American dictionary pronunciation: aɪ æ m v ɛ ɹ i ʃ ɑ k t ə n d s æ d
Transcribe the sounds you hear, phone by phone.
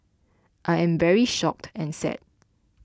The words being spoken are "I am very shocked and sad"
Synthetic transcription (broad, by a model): aɪ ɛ m v ɛ ɹ i ʃ ɑ k t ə n s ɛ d